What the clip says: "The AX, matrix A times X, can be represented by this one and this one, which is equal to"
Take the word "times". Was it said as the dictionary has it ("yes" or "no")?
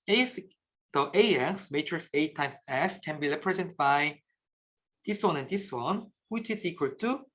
no